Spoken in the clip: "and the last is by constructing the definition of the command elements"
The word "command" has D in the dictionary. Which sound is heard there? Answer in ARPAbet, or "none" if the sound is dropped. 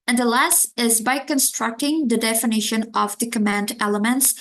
D